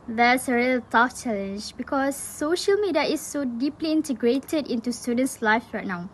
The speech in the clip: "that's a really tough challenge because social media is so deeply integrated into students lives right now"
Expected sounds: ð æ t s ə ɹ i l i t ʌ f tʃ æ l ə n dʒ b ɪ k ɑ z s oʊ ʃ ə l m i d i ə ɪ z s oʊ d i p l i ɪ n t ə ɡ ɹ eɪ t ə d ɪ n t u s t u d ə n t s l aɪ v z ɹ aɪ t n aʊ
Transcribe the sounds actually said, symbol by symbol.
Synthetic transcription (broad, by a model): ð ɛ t s ə ɹ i l t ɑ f tʃ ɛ l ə n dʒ b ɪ k ɑ s oʊ ʃ ə l m i d i ə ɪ s oʊ d i p l i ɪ n t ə ɡ ɹ eɪ t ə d ɪ n t u s t u d ə n t s l aɪ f ɹ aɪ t n aʊ